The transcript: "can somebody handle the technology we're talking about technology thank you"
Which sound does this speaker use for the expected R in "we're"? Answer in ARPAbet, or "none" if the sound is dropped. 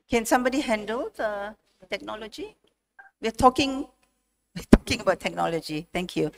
W